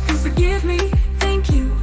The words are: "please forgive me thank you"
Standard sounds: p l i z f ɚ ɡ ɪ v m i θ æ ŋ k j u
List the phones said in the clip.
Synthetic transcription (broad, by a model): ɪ f ɚ ɡ ɪ v m i θ æ ŋ k j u